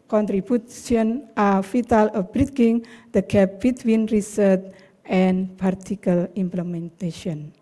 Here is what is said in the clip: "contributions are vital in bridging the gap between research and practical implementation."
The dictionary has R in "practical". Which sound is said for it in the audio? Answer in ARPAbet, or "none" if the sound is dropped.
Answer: none